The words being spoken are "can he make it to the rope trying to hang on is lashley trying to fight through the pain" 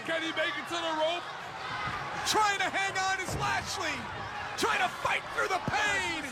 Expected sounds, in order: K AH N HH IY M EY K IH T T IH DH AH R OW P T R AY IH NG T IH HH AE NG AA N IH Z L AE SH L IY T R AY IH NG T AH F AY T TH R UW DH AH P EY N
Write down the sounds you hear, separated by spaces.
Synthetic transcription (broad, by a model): K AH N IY M EY K IH T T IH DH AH R OW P T R AY IH NG T IH HH AE NG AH N IH Z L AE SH L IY T R AY IH NG T AH F AY T TH R UW DH AH P EY N